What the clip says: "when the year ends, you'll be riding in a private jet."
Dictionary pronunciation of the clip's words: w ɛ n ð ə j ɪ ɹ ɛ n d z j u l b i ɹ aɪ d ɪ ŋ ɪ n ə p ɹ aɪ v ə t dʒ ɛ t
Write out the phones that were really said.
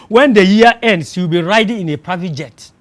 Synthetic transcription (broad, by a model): w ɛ n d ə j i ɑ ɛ n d s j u w b i ɹ aɪ d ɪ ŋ ɪ n ə p ɹ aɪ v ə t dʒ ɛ t